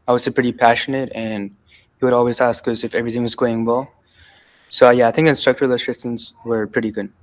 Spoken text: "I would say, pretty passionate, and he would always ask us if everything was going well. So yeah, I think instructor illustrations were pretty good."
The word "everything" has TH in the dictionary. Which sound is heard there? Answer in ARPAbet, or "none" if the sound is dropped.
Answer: TH